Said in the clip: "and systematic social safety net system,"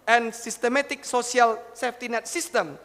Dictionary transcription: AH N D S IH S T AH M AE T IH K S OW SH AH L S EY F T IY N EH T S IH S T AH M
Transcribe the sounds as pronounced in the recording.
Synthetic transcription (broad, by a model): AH N S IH S T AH M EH T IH K S OW S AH L S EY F T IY N EH T S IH S T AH M